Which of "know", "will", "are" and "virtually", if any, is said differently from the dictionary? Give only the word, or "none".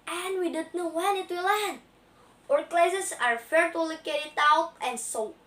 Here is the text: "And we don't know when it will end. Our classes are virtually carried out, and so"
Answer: virtually